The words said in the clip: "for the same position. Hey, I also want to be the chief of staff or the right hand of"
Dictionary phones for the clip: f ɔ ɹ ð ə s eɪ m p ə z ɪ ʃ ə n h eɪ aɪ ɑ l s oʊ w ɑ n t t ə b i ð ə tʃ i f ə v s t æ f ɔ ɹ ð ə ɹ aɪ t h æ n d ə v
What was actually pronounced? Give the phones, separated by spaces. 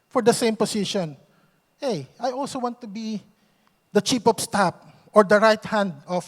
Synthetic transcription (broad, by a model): f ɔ ɹ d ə s eɪ m p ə s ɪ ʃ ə n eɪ aɪ ɑ l s oʊ w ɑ n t t ə b i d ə tʃ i p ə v s t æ p ɔ ɹ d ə ɹ aɪ t h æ n d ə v